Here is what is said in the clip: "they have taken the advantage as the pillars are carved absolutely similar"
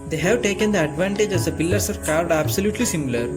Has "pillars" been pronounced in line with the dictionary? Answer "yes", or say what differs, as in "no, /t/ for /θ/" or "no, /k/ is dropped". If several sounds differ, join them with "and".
no, /s/ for /z/